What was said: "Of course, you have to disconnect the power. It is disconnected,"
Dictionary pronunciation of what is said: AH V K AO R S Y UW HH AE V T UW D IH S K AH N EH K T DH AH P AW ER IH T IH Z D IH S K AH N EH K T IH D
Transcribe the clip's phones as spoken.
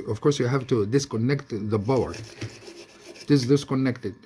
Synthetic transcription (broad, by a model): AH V K AO R S Y UW HH AE V T UW D IH S K AH N EH K T DH AH B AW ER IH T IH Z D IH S K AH N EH K T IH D